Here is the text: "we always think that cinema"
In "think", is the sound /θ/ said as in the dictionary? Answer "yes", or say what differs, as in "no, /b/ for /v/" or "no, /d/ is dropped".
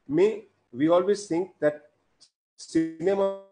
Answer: no, /t/ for /θ/